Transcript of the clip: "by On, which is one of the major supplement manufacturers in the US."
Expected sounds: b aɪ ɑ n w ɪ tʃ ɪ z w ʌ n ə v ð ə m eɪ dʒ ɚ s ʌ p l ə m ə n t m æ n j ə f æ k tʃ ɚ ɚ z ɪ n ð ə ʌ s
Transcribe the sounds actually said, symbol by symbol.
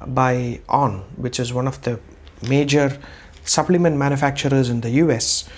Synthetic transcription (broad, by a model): b aɪ ɑ n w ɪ tʃ ɪ z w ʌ n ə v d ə m eɪ dʒ ɚ s ʌ p l ə m ə n t m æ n j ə f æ k tʃ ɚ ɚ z ɪ n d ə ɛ s